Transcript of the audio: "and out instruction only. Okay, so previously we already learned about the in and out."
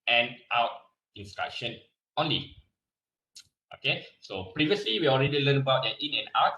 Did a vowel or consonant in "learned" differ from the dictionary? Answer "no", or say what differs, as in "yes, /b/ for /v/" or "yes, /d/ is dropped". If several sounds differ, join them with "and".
yes, /d/ is dropped